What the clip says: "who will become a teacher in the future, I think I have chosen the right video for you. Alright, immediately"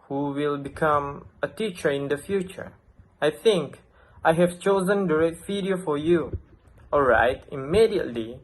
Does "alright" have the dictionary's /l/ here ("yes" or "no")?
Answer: yes